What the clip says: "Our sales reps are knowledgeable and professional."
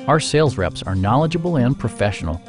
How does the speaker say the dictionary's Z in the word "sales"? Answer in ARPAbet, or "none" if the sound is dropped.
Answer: Z